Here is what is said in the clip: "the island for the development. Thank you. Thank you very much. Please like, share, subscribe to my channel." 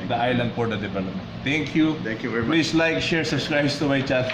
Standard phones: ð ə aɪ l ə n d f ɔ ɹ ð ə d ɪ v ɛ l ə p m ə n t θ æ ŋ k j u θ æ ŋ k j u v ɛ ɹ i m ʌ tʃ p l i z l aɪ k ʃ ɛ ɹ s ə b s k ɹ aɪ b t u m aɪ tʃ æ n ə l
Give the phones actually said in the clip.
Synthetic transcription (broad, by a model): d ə aɪ l ə n d p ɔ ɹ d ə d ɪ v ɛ l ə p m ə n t t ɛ ŋ k j u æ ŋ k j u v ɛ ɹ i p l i s l aɪ k ʃ ɛ ɹ s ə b s k ɹ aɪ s t u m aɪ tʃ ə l